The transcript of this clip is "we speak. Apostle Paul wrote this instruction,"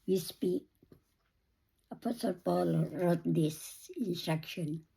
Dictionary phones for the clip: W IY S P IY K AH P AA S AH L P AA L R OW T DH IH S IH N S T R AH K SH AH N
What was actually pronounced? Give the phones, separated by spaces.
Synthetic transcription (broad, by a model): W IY S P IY AH P AA S AH L P AA L R OW T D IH S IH N S T R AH K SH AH N